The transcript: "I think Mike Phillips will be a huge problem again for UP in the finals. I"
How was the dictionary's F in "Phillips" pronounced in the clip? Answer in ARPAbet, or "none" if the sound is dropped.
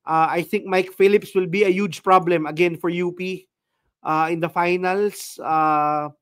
F